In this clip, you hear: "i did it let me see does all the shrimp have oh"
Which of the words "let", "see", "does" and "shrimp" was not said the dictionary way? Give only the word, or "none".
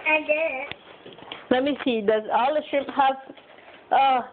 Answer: shrimp